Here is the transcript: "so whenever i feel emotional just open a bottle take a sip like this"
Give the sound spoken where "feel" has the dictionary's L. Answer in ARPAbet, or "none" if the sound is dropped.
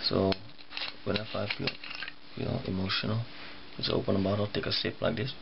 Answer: N